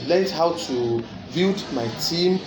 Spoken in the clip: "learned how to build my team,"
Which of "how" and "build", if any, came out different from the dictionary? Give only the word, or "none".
build